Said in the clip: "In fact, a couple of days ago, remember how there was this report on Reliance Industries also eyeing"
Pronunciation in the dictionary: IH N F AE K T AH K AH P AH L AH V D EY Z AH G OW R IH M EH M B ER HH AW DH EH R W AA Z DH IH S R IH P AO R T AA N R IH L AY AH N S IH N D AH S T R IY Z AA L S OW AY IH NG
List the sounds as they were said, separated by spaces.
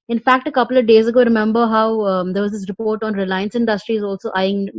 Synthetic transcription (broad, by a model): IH N F AE K T AH K AH P AH L AH V D EY Z AH G OW R IH M EH M B ER HH AW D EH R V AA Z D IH S R IH P AO R T AA N R IH L AY AH N S IH N D AH S T R IY Z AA L S OW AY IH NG